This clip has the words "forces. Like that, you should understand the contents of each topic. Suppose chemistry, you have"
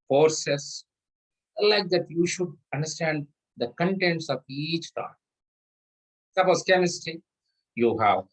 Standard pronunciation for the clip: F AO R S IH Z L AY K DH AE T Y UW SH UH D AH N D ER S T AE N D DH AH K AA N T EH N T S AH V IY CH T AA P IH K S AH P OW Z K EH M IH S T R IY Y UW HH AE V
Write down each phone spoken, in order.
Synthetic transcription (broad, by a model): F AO R S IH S L AY K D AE T Y UW SH UH D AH N D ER S T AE N D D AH K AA N T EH N T S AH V IY CH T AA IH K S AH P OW S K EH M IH S T IY Y UW HH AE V